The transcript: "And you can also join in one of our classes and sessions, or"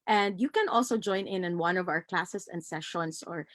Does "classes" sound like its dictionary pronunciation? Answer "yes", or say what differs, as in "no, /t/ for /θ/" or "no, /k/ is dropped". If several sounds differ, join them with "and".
no, /s/ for /z/